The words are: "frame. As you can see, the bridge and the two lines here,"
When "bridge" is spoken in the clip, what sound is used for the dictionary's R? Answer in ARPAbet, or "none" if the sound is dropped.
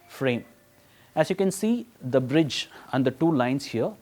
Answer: R